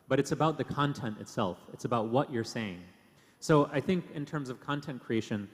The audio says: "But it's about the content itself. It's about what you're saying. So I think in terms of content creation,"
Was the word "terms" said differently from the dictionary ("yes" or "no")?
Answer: no